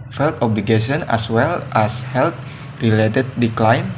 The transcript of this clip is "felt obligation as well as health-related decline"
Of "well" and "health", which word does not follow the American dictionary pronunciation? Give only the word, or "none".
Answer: health